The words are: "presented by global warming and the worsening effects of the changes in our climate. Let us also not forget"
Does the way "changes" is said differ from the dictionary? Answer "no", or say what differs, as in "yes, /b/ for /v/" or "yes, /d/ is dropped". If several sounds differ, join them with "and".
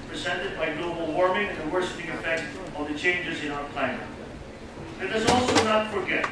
no